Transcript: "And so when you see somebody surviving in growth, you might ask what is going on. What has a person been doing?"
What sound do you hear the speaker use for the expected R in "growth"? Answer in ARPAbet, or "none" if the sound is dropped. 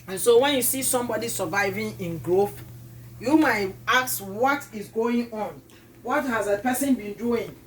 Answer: R